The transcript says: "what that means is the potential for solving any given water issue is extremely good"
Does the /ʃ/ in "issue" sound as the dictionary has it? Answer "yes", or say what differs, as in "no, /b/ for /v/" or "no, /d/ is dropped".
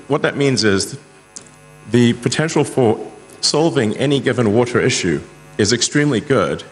yes